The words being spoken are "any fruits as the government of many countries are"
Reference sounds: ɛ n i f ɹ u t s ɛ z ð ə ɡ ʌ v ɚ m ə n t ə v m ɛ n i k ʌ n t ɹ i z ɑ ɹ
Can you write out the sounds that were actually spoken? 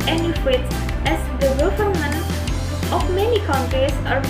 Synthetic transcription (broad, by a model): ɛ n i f w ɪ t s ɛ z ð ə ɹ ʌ f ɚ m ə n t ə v m ɛ n i k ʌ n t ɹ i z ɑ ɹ